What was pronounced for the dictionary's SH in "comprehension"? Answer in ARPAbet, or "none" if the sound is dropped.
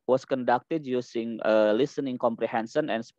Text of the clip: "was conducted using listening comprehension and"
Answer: S